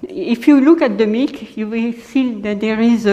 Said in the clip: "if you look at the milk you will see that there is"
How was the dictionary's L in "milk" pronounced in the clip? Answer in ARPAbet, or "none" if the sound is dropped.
none